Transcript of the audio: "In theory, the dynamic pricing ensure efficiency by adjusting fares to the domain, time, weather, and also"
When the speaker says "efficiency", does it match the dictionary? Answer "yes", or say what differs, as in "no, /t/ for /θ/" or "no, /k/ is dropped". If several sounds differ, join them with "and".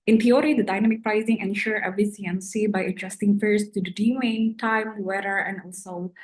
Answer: no, /s/ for /ʃ/